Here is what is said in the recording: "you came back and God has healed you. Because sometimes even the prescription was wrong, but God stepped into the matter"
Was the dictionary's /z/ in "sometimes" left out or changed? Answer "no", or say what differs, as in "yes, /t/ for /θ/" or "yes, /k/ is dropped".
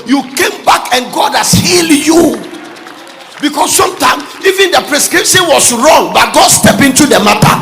yes, /z/ is dropped